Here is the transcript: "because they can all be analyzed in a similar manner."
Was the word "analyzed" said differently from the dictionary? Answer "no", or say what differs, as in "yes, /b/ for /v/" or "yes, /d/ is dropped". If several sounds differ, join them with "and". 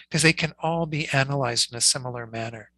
no